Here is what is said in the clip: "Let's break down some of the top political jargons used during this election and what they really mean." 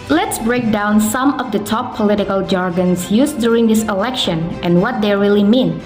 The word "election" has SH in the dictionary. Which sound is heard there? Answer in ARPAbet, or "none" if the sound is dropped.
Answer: SH